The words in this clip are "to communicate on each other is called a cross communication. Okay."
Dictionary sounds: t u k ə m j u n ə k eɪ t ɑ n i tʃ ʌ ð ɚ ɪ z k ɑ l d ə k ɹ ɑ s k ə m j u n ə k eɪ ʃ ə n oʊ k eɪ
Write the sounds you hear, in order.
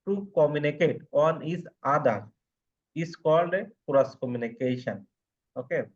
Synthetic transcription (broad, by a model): t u k ə m j u n ə k eɪ t ɑ n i s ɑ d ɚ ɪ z k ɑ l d ə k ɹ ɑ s k ə m j u n ə k eɪ ʃ ə n oʊ k eɪ